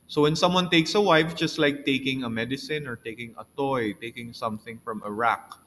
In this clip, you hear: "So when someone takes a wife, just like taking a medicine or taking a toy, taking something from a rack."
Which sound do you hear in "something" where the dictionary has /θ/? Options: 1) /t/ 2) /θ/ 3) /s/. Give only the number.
2